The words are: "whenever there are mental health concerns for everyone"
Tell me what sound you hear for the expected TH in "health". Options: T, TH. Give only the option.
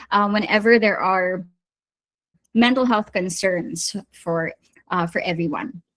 TH